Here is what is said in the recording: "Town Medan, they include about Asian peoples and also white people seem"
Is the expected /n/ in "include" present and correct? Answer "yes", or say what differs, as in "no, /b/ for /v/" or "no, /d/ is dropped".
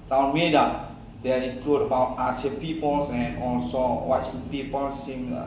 no, /n/ is dropped